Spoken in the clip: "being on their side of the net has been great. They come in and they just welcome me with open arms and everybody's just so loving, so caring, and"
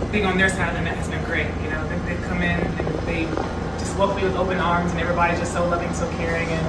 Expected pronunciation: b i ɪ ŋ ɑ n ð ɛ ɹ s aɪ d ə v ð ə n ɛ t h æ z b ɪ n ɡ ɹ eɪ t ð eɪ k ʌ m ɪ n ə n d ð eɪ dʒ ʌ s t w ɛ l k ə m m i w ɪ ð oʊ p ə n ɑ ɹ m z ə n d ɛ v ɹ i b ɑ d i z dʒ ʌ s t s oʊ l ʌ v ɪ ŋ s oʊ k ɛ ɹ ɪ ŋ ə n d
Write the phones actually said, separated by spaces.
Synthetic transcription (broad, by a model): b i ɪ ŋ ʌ n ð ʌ ɹ s aɪ d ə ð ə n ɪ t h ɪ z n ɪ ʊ ɡ ɹ eɪ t ð eɪ k ʌ m ɪ n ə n ð eɪ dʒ ʌ s t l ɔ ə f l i w ɪ ð oʊ p ə n ɑ ɹ m z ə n ɛ v ɹ i b ɑ d i z dʒ ʌ s t s oʊ l ʌ v ɪ ŋ s oʊ k ɛ ɹ ɪ ŋ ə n